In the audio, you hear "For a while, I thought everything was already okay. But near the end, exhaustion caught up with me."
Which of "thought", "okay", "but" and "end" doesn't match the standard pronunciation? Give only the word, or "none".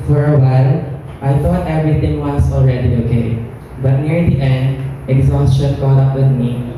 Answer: thought